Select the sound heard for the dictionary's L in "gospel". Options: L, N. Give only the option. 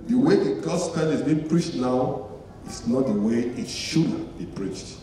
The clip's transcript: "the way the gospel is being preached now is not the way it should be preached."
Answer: N